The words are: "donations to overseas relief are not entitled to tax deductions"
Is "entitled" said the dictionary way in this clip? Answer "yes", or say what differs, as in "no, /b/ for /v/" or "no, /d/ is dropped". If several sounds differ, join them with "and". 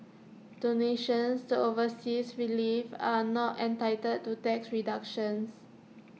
no, /l/ is dropped